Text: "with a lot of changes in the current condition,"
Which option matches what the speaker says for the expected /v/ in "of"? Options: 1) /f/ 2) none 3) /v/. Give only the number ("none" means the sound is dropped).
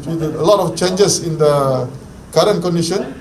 1